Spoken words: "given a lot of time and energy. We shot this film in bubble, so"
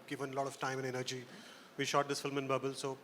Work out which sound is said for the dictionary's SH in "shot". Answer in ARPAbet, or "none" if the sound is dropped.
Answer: SH